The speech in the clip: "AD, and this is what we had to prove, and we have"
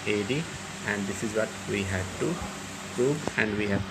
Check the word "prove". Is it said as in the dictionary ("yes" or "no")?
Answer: yes